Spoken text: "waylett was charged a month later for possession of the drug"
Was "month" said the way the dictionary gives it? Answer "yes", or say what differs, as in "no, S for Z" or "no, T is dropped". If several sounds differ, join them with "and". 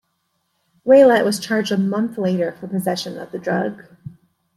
yes